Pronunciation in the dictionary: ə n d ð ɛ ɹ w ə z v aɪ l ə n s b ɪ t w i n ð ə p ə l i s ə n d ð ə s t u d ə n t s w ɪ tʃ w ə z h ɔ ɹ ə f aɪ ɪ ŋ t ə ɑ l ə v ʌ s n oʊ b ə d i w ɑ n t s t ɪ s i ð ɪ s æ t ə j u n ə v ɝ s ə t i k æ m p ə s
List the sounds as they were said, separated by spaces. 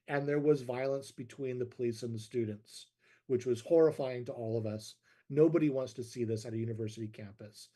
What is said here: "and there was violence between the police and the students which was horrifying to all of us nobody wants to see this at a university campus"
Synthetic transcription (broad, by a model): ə n ð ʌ ɹ w ə z v aɪ l ə n s b ɪ t w i n ð ə p ə l i s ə n ð ə s t u d n t s w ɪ tʃ w ə z h ɔ ɹ ə f aɪ ɪ ŋ t ə ɑ l ə v ʌ s n oʊ b ə d i w ɑ n t s t ɪ s i ð ɪ s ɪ t ə j u n ə v ɝ s ə t i k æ m p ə s